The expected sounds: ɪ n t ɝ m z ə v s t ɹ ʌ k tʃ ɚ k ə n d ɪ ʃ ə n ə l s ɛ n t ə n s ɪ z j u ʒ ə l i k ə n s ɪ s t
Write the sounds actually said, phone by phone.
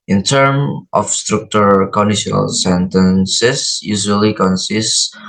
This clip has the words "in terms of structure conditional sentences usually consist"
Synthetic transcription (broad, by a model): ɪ n t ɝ m ə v s t ɹ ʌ k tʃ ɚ k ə n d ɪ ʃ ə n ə l s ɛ n t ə n s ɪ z j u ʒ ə l i k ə n s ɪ s t